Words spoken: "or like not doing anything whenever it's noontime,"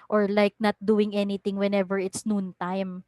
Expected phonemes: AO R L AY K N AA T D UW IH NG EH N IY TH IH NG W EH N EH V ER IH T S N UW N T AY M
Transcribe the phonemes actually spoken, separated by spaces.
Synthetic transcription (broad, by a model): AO R L AY K N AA T D UW IH NG EH N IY T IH NG W EH N EH V ER IH T S N UW N T AY M